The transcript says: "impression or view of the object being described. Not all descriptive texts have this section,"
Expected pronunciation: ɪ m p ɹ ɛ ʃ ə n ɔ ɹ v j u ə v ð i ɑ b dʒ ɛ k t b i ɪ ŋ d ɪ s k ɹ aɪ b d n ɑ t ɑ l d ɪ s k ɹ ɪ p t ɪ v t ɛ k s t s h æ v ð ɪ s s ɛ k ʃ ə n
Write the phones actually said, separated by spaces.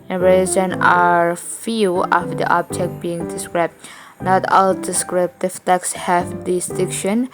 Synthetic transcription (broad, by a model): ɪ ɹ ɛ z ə n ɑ ɹ f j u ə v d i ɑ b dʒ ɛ k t b i ɪ ŋ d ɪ s k ɹ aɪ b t n ɑ t ɑ l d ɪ s k ɹ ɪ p t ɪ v t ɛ k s s h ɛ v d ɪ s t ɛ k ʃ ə n